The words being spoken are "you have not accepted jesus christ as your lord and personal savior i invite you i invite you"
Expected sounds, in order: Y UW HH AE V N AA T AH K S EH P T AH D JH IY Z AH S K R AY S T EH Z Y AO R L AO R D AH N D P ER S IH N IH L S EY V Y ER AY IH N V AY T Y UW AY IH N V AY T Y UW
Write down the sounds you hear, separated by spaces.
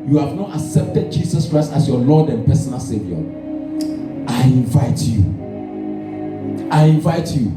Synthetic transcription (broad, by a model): Y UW HH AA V N AA T AH K S EH P T AH D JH IY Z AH S K R AY S T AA S Y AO L AO D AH N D P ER S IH N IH L S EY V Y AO AY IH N V AY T Y UW AY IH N V AY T Y UW